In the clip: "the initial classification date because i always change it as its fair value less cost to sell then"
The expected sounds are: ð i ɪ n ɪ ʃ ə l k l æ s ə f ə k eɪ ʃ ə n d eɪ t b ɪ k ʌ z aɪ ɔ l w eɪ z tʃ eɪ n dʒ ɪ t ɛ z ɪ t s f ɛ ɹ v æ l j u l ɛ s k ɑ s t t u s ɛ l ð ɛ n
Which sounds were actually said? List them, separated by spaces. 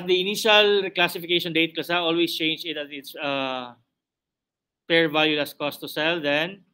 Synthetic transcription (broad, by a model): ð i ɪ n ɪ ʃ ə l k l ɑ s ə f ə k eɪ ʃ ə n d eɪ t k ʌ s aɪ ɔ l w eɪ s tʃ eɪ n dʒ ɪ t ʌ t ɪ t s p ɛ ɹ v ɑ l j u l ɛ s k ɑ s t t u s ɛ l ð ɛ n